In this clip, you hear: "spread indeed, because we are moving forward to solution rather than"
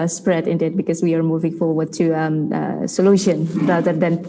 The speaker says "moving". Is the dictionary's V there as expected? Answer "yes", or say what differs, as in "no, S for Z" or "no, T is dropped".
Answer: yes